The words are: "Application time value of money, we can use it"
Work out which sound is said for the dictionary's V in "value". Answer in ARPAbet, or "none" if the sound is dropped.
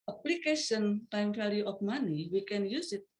F